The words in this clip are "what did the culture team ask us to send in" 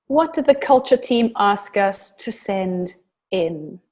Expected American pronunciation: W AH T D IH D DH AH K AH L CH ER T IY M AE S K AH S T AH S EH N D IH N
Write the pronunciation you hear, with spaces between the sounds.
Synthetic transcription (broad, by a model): W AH T D IH D DH AH K AH L CH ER T IY M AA S K AH S T AH S EH N D IH N